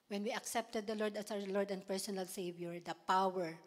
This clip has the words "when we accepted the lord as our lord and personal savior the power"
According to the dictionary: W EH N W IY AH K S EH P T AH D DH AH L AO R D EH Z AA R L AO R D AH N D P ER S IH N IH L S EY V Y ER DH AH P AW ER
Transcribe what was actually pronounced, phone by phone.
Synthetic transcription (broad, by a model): W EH N W IY AH K S EH P T AH D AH L AO R D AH S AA W L AO R D AH N D P ER S IH N IH L S EY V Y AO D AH P AW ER